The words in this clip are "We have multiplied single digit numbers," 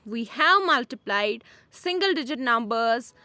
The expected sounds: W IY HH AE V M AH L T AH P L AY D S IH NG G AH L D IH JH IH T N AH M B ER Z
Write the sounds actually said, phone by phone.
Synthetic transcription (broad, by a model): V IY HH AE V M AH L T AH P L AY D S IH NG G AH L D IH JH IH T N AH M B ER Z